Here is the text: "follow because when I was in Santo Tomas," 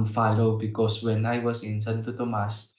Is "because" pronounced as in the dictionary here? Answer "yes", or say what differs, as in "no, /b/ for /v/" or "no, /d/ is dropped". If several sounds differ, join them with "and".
no, /s/ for /z/